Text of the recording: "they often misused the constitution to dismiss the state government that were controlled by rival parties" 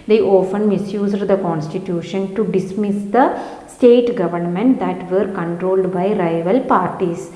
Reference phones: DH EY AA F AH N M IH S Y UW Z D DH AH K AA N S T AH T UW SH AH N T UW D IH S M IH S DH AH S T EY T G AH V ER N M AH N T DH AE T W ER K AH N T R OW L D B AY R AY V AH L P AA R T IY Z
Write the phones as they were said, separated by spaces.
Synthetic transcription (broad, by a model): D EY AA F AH N M IH S Y UW Z D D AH K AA N S T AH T UW SH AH N T UW D IH S M IH S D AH S T EY T G AH V ER N M AH N T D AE T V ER K AH N T R OW L D B AY R AY V AH L P AA R T IY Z